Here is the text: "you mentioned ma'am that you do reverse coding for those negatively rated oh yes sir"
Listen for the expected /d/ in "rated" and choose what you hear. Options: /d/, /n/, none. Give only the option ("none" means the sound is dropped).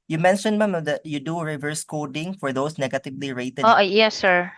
none